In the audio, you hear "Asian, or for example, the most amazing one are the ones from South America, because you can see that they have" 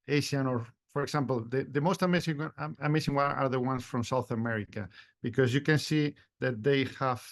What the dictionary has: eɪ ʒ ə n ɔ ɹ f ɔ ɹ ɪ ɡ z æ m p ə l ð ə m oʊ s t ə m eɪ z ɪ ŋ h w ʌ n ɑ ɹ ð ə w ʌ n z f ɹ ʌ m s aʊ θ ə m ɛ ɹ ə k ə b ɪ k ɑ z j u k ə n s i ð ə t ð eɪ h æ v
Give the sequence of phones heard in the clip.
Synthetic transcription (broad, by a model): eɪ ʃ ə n ɔ ɹ f ɔ ɹ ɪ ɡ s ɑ m p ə l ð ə m oʊ s t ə m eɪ s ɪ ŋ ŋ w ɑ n ɑ ɹ ð ə w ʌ n s f ɹ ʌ m s aʊ θ ə m ɛ ɹ ə k ə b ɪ k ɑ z j u k ə n s i ð ə t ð eɪ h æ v